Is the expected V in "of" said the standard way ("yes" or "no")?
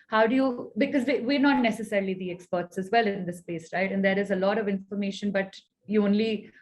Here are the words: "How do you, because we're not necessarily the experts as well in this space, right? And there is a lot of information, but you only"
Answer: yes